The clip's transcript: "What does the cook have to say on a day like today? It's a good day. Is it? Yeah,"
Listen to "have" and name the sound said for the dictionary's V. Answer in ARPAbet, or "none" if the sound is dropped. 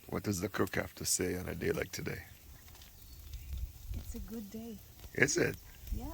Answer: F